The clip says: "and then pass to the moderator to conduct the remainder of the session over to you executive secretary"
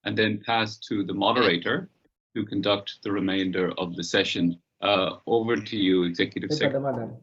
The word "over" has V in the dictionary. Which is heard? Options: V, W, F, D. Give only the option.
V